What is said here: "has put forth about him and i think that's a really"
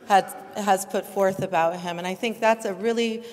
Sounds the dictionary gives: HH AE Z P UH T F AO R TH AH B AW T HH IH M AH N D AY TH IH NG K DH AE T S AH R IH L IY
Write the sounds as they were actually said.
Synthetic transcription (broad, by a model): HH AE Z P UH T F AO R TH AH B AW T HH IH M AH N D AY TH IH NG K DH AE T S AH R IH L IY